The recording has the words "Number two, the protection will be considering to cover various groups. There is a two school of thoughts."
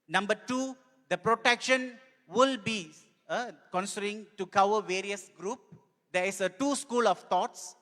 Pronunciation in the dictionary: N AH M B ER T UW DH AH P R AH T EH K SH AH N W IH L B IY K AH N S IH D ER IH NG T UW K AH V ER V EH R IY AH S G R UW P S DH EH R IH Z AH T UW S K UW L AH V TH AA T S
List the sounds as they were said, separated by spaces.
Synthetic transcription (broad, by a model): N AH M B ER T UW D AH P R AH T EH K SH AH N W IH L B IY K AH N S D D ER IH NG T UW K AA W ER V EH R IY AH S G R UW P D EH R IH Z AH T UW S K UW L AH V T AA T S